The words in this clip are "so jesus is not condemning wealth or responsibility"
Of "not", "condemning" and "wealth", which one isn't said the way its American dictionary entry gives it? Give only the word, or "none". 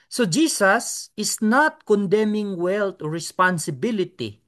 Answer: wealth